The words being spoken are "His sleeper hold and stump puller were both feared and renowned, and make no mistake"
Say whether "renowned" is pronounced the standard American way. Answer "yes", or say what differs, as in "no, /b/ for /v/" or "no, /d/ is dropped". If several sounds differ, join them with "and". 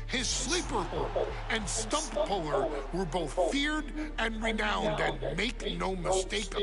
yes